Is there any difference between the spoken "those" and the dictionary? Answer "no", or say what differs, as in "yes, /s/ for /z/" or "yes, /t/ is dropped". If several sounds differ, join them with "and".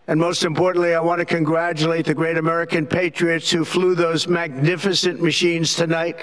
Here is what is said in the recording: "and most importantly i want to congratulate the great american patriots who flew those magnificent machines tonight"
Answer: no